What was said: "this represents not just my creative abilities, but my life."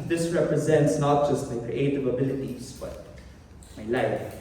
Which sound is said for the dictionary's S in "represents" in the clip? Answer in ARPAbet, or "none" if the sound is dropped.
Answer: S